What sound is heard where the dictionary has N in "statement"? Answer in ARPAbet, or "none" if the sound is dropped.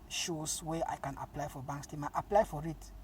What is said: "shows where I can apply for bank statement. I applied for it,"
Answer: none